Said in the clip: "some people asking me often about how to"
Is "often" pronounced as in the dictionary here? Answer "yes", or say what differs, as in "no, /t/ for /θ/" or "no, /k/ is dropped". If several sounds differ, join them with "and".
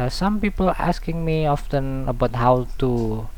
yes